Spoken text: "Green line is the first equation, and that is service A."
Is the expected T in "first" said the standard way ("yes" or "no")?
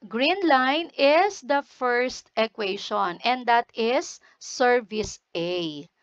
yes